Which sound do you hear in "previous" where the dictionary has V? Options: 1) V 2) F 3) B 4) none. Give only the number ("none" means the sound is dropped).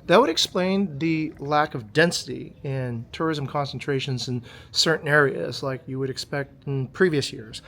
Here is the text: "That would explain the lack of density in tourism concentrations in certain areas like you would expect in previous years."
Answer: 1